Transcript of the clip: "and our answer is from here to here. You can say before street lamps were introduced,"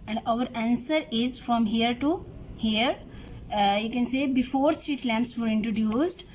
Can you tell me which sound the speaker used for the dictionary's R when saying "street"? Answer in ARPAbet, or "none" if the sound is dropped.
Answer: R